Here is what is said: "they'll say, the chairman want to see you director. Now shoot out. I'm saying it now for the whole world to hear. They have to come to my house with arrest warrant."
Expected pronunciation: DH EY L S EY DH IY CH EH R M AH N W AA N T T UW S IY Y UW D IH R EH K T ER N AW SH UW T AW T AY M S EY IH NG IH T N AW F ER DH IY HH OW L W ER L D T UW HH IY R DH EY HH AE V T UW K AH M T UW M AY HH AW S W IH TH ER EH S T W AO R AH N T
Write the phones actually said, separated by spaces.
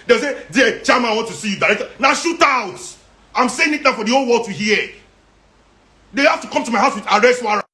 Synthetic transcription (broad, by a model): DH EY S EY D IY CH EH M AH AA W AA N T T UW S IY Y UW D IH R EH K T N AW SH UW T AW T AY M S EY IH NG IH T N AW F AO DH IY OW L W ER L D T UW HH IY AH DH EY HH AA F T UW K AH M T UW M AY HH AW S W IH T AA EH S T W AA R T